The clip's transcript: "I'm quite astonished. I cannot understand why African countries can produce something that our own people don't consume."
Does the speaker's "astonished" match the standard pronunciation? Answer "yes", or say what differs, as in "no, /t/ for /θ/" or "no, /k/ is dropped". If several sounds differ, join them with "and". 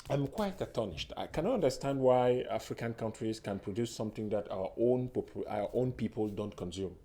no, /s/ is dropped